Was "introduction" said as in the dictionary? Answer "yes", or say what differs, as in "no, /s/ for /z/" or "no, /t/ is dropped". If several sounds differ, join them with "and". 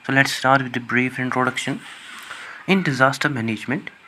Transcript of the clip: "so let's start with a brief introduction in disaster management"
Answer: yes